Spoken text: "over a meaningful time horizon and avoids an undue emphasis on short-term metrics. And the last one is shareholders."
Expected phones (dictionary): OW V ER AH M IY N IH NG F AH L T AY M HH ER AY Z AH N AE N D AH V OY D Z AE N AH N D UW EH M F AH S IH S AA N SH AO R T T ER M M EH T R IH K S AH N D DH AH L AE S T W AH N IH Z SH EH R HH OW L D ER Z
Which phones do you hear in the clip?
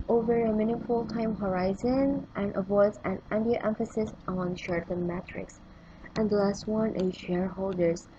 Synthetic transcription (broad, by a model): OW V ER AH M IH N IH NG F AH L T AY M HH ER AY Z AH N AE N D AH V OY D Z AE N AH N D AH EH M F AH S IH S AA N SH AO R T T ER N M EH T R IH K S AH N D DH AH L AE S T W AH N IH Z SH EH R HH OW L D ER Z